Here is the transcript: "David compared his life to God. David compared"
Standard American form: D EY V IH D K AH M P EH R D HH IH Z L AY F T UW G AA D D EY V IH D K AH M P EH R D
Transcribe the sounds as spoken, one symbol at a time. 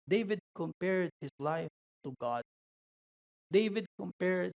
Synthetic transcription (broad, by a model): D EY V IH D K AH M P EH R D HH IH S L AY F T UW G AA D D EY V IH D K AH M P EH R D